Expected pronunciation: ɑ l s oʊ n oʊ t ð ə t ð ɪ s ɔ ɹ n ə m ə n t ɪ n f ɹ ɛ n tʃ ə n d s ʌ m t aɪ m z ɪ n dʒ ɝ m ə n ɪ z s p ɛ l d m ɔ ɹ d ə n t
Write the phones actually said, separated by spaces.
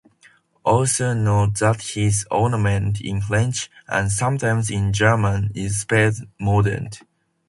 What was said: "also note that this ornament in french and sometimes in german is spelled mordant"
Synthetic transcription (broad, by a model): ɑ l s oʊ n oʊ t ð ə t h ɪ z ɔ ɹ n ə m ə n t ɪ n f l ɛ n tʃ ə n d s ʌ m t aɪ m z ɪ n dʒ ɝ m ə n ɪ z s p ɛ d m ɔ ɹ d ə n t